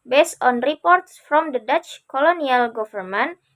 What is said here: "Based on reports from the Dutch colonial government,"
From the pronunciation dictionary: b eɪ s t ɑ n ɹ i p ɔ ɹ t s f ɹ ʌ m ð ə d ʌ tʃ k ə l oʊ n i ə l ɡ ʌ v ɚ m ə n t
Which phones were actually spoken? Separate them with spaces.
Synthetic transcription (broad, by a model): b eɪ s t ɑ n ɹ i p ɔ ɹ t s f ɹ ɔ m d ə d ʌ tʃ k ə l oʊ n i ə l ɡ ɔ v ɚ m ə n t